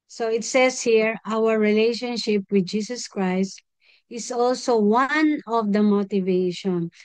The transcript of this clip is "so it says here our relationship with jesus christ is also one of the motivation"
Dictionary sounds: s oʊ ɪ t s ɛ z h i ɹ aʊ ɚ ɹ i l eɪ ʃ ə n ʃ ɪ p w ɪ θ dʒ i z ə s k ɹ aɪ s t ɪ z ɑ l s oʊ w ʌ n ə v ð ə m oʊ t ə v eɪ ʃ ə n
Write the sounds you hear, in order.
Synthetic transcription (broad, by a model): s oʊ ɪ t s ɛ s h i ɹ aʊ ɚ ɹ i l eɪ ʃ ə n ʃ ɪ p w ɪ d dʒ i s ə s k ɹ aɪ s t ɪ s ɑ l s oʊ w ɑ n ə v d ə m oʊ t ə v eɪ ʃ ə n